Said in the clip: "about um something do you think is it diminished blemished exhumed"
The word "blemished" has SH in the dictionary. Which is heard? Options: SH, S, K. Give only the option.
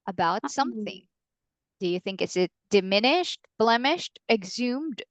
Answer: SH